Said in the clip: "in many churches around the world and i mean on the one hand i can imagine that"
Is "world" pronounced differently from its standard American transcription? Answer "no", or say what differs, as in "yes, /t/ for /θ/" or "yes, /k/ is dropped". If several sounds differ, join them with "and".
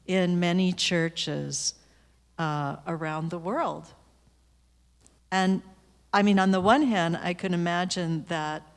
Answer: no